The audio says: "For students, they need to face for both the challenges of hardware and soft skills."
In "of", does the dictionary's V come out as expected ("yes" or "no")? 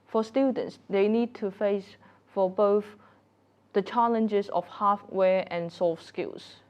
no